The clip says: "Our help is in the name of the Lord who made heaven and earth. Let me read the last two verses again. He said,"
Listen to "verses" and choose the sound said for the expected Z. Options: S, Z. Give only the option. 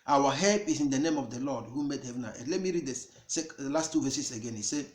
S